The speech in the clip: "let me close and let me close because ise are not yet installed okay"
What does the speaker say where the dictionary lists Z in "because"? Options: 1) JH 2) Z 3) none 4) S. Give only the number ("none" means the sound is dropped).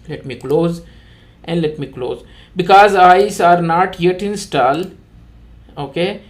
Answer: 2